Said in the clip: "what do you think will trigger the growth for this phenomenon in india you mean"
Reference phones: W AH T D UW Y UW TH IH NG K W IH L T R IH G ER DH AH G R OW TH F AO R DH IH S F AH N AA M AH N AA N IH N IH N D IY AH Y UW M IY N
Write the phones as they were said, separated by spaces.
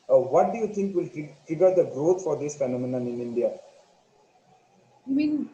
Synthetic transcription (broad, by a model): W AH T D UW Y UW T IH NG K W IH L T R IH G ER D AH G R OW T F AO R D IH S F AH N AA M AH N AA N IH N IH N D IY AH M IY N